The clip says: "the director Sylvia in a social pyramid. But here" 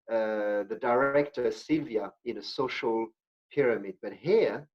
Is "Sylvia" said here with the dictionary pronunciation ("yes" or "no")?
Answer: yes